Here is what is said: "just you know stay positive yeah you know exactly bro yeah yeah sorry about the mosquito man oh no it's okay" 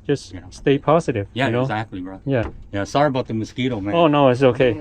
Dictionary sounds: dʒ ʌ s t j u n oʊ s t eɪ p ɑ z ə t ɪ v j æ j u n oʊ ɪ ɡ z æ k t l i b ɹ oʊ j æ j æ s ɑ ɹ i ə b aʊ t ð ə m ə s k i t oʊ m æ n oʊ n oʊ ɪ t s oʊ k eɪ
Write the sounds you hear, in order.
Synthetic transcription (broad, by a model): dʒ ʌ s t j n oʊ s t eɪ p ɑ z ə t ɪ v j æ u n oʊ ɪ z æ k t l i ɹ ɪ j æ j æ s ɑ ɹ i ə b aʊ t ð ə m ə s k i t oʊ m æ oʊ n oʊ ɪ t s oʊ k eɪ